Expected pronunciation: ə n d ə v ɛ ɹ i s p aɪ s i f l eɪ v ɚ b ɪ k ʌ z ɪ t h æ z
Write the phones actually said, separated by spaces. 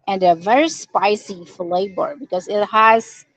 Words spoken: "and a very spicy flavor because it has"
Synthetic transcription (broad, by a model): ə n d ə v ɛ ɹ i s p aɪ s i f l eɪ b ɚ b ɪ k ʌ z ɪ t h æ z